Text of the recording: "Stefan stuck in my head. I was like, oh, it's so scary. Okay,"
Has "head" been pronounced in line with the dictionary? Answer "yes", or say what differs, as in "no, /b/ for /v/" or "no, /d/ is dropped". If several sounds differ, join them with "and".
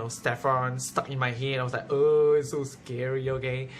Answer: no, /d/ is dropped